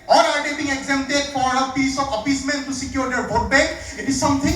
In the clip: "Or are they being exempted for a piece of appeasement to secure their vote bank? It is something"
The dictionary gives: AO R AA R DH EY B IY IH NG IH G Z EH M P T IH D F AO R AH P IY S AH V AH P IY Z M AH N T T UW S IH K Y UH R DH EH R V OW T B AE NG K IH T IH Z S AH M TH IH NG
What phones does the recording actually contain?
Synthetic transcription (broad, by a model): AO R AA R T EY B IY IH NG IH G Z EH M T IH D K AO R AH P IY S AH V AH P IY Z M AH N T T UW S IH K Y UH R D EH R B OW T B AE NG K IH T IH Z S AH M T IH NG